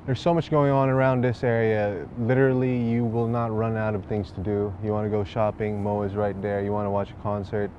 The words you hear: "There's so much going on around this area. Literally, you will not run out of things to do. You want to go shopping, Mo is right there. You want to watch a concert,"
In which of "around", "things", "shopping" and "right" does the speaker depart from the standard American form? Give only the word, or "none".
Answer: none